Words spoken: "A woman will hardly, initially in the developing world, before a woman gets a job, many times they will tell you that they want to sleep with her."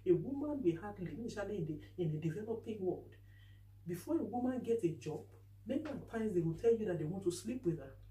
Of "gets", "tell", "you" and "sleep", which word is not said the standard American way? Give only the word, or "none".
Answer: gets